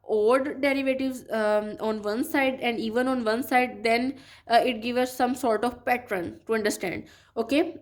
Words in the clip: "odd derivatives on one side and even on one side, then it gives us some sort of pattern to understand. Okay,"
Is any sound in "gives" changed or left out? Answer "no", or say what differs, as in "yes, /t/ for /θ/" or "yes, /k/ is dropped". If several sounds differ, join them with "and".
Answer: yes, /z/ is dropped